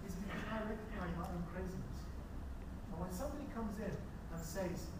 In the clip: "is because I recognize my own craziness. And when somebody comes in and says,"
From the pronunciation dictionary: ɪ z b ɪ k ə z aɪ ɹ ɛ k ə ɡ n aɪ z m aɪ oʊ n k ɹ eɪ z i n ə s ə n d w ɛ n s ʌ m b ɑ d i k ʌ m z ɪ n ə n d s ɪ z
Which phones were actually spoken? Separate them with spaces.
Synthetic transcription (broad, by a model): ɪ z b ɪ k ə aɪ ɹ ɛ k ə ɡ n aɪ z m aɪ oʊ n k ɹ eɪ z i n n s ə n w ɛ n s ʌ m b ɑ d i k ʌ m z ɪ n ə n s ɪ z